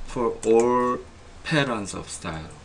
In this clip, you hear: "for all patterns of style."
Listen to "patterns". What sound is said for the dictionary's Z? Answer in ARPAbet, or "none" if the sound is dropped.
S